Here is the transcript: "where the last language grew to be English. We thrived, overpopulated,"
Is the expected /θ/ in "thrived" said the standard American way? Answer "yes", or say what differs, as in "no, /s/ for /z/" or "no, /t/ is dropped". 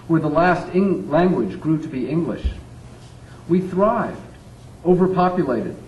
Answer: yes